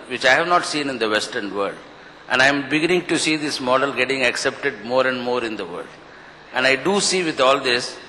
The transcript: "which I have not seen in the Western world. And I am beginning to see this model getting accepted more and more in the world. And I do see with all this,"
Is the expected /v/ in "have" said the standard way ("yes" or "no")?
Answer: yes